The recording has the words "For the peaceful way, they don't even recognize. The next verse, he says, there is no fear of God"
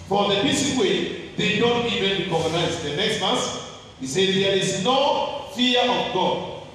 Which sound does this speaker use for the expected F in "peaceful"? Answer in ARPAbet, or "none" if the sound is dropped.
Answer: none